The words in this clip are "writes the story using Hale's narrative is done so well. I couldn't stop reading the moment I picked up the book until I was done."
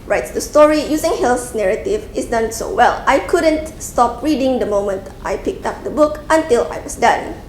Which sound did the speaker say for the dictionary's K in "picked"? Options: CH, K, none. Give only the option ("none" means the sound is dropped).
K